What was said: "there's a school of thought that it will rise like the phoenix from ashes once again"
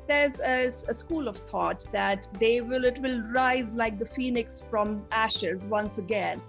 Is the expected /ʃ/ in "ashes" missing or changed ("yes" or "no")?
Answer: no